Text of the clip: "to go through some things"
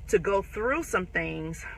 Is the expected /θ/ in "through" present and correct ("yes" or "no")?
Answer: yes